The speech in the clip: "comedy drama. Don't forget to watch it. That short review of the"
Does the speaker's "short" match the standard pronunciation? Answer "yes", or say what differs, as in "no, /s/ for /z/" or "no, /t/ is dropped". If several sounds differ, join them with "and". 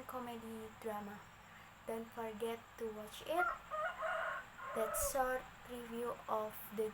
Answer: no, /s/ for /ʃ/